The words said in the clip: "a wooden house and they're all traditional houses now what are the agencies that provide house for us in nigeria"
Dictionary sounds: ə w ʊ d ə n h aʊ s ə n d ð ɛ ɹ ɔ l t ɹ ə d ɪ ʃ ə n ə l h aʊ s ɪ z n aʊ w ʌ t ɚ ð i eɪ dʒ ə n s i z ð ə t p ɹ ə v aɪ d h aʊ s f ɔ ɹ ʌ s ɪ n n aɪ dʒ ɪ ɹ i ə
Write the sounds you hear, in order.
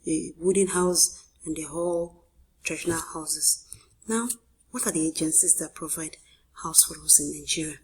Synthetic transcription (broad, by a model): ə w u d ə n h aʊ s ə n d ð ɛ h ɔ l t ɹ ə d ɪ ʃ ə n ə l h aʊ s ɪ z n aʊ w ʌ t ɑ ð i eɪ dʒ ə n s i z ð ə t p ɹ ə v aɪ d h aʊ s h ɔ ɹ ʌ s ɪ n n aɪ dʒ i ɹ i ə